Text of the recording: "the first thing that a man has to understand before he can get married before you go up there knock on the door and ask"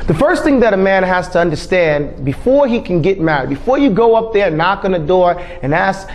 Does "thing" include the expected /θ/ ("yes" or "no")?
yes